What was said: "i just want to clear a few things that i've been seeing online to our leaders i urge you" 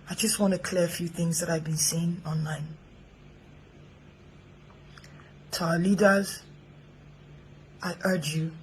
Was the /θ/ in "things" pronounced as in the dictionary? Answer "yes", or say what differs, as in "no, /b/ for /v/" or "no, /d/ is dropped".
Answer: yes